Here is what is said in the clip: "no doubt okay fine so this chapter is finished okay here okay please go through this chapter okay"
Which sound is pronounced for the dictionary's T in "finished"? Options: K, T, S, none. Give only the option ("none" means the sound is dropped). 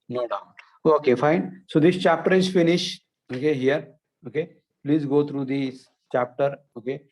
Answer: none